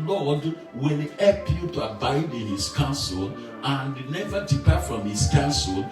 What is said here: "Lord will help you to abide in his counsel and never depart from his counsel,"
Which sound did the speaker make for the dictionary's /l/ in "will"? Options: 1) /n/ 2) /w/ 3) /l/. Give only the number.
1